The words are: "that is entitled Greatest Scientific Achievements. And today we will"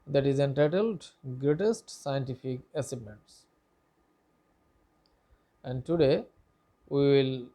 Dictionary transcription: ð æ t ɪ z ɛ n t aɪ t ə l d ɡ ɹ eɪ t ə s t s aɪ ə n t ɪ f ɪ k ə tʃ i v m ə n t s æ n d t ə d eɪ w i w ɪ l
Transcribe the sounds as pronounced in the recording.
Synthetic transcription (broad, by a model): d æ t ɪ z ɛ n t aɪ t ə l d ɡ ɹ eɪ t ə s t s aɪ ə n t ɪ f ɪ k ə s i b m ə n t s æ n d t ə d eɪ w i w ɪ l